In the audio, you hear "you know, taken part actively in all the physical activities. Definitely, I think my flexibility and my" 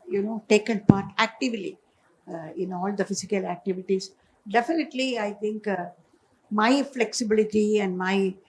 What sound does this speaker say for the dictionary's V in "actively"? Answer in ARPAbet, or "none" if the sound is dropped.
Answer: V